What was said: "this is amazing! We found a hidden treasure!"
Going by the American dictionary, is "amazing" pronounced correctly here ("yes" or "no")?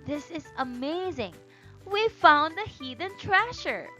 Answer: yes